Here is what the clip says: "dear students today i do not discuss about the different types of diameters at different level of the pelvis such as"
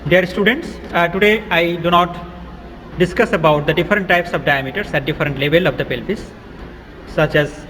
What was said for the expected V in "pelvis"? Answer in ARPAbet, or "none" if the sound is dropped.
P